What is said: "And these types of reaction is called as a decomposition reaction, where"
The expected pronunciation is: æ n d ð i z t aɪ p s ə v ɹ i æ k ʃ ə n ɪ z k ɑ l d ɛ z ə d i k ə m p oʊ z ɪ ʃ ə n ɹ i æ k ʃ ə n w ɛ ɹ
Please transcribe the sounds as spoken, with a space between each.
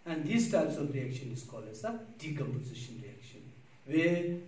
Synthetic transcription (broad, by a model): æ n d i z t aɪ p s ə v ɹ i æ k ʃ ə n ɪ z k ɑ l ɛ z ə d i k ə m p oʊ z ɪ ʃ ə n ɹ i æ k ʃ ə n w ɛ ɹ